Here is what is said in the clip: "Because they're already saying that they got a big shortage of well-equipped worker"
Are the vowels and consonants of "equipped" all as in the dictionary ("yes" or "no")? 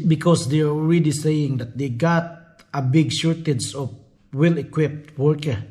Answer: yes